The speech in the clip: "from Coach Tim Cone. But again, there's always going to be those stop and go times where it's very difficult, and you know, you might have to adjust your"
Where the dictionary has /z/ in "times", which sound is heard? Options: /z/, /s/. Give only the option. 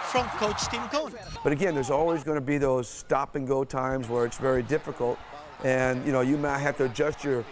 /z/